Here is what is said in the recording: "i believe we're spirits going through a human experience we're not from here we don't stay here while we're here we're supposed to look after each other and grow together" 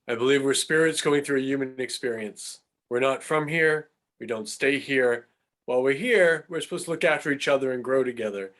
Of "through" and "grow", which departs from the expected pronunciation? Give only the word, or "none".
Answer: none